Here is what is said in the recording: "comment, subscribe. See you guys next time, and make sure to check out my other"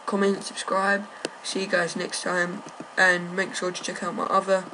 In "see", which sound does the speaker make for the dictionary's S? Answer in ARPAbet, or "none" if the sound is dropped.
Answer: SH